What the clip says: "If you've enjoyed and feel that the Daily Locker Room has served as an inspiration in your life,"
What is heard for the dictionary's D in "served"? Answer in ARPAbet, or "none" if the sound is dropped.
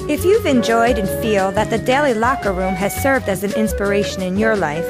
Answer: D